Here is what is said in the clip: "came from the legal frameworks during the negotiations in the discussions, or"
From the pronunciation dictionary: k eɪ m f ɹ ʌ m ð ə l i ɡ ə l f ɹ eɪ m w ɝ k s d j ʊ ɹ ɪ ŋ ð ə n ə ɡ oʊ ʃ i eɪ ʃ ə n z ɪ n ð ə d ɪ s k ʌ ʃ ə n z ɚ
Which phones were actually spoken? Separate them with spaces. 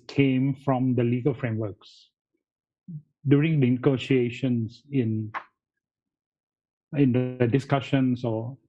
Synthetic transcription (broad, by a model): k eɪ m f ɹ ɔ m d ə l i ɡ ə l f ɹ eɪ m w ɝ k s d j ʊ ɹ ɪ ŋ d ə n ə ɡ oʊ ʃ i eɪ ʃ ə n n ɪ n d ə d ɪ s k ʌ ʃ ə n s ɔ